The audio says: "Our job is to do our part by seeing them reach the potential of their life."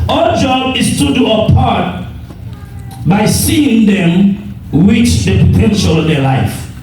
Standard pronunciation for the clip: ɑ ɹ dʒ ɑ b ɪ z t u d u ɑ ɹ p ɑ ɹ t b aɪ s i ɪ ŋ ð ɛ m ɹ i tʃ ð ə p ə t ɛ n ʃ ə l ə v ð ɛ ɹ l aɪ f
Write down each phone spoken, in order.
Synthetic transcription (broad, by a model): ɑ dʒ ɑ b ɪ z t u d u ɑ p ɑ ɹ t b aɪ s i ɪ ŋ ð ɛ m w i tʃ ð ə p ə t ɛ n ʃ ə l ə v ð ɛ l aɪ f